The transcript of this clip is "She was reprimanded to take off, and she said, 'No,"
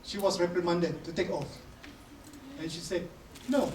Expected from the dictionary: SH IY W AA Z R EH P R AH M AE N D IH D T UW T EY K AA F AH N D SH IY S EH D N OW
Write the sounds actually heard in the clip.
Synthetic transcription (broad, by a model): SH IY W AA S R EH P R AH M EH N D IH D T UW T EY K AA F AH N SH IY S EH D N OW